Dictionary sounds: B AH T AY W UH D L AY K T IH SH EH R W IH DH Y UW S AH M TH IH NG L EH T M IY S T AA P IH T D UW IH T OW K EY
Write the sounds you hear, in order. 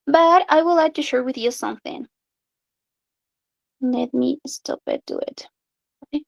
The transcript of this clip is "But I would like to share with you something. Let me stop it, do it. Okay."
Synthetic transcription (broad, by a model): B AH T AY W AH L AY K T IH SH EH R W IH DH Y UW S AH M TH IH NG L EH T M IY S T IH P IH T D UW IH T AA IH